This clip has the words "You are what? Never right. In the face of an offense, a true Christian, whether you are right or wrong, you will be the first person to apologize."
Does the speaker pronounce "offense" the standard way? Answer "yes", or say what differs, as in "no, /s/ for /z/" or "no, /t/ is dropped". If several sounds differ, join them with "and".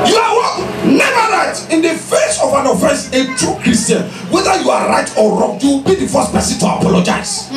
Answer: no, /n/ is dropped